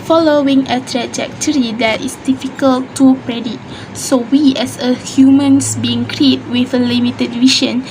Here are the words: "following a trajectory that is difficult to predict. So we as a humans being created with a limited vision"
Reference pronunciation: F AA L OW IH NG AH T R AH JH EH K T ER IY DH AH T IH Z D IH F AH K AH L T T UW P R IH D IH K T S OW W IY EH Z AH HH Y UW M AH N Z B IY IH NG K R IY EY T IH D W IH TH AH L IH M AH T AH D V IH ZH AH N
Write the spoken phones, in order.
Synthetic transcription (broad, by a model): F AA L OW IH NG AH T R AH JH EH K T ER IY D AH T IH S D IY F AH K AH L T T UW P R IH D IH T S OW W IY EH S AH HH Y UW M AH N S B IY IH NG K R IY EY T W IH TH AH L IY M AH T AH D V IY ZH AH N